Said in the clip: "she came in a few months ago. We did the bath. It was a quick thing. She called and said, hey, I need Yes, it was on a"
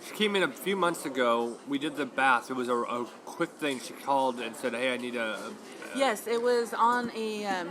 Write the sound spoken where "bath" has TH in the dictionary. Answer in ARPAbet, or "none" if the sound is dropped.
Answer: TH